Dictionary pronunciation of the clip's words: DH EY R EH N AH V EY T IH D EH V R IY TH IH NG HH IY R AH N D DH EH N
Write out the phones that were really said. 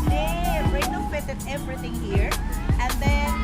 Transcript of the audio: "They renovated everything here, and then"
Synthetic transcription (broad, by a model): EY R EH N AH F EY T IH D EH V R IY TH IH NG HH IY R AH N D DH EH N